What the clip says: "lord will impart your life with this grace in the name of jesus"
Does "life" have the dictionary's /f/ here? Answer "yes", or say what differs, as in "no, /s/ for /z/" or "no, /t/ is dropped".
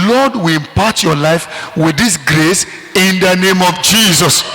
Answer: yes